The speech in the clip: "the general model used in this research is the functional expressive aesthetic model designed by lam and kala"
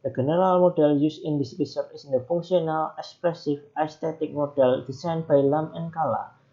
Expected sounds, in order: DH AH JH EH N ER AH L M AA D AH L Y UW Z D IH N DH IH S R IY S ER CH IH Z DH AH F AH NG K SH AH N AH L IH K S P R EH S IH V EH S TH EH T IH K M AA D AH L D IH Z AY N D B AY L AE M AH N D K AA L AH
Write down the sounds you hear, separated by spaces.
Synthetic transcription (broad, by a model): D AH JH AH N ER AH L M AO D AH L Y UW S IH N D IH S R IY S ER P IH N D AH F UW NG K S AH N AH L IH K S P R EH S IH F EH S T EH T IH K M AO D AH L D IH S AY N B AY L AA M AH N K AA L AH